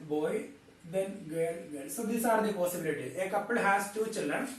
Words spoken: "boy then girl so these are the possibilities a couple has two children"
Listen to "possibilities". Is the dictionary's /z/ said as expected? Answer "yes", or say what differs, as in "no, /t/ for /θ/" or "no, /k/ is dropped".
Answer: no, /z/ is dropped